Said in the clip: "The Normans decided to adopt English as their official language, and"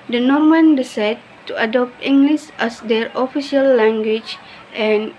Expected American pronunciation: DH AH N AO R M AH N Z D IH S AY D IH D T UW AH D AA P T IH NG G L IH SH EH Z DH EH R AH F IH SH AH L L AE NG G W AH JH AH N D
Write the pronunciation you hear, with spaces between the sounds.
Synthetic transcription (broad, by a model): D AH N AO R M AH N D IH S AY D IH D T UW AH D AA P T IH NG G L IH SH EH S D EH R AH F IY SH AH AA L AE NG G W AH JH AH N